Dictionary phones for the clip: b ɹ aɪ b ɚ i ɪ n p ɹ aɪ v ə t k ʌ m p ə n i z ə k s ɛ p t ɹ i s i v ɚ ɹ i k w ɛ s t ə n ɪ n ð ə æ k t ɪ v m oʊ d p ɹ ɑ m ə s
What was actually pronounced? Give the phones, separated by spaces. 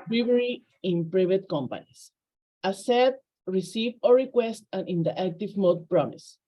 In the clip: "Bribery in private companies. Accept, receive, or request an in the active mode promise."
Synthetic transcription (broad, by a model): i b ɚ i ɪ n p ɹ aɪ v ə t k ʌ m p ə n i s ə s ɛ t ɹ i s i v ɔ ɹ i k w ɛ s t ə n ɪ n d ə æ k t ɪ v m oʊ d p ɹ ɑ m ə s